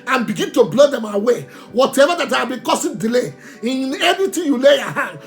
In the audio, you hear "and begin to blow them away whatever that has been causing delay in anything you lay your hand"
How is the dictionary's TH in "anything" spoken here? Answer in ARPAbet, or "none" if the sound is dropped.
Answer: T